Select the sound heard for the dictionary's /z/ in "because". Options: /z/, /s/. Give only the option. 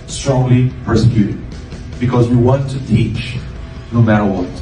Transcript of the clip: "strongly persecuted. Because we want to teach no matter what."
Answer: /z/